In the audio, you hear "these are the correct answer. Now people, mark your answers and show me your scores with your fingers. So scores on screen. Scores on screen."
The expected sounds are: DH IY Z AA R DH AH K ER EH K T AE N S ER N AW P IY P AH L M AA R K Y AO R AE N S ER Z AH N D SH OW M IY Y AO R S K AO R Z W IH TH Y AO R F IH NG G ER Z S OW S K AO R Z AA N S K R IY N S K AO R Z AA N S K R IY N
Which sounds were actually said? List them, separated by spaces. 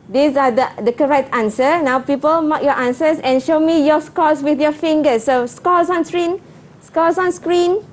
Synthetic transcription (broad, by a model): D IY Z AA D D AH K ER EH K T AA N S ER N AW P IY P AH L M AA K Y AO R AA N S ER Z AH N SH OW M IY Y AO S K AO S W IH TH Y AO F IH NG G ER S OW S K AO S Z AA N S K R IY N S K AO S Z AA N S K R IY N